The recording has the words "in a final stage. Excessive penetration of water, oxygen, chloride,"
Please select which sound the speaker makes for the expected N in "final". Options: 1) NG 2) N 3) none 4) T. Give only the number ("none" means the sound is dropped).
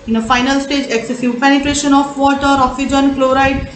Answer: 2